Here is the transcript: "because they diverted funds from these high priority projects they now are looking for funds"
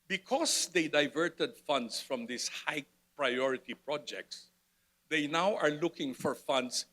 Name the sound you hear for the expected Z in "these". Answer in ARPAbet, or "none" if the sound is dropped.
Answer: S